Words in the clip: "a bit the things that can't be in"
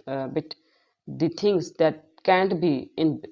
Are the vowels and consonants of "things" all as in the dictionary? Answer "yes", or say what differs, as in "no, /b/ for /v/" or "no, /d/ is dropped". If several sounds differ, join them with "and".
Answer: no, /t/ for /θ/